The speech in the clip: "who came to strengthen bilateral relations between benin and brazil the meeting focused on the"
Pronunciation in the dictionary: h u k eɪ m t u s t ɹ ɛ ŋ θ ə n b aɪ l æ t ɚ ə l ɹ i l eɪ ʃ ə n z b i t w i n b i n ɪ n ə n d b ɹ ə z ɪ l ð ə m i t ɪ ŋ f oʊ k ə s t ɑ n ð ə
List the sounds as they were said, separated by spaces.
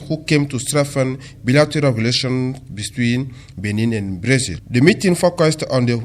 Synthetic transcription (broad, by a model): h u k eɪ m t u s t ɹ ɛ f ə n b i l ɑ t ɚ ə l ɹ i l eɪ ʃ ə n b i t w i n b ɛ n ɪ n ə n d b ɹ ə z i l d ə m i t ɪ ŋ f oʊ k ə s t ɑ n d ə